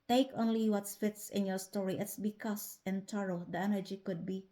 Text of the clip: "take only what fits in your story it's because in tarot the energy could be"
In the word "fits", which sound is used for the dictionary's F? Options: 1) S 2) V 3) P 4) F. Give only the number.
4